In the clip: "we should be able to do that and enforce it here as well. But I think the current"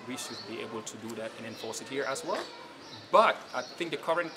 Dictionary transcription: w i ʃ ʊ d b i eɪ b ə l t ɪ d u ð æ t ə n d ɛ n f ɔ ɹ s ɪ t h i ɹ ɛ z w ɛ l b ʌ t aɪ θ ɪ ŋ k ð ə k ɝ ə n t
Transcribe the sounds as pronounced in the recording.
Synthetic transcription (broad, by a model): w i ʃ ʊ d b i eɪ b ə l t ɪ d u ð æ t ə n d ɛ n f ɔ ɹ s ɪ t h i ɹ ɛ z w ɛ l b ʌ t aɪ θ ɪ ŋ k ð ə k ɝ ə n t